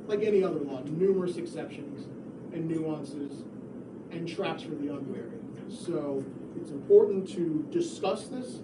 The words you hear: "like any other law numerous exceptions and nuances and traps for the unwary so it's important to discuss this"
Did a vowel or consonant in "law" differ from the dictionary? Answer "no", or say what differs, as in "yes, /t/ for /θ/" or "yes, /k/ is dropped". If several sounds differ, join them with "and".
yes, /w/ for /l/